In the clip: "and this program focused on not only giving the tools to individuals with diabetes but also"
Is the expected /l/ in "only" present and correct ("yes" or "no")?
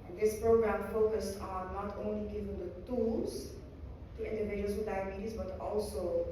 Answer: yes